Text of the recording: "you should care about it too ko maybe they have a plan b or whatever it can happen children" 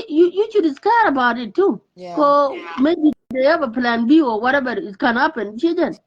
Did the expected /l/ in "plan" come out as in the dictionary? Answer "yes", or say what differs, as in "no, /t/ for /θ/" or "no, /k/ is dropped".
yes